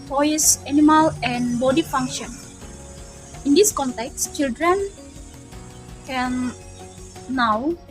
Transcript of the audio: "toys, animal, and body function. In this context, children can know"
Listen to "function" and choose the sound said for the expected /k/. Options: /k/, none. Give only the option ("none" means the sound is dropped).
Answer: /k/